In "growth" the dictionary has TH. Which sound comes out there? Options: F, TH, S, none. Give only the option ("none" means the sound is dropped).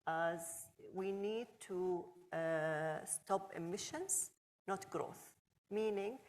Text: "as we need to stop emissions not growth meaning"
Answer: TH